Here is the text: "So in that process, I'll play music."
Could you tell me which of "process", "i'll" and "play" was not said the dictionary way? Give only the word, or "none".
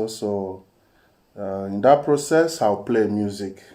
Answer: i'll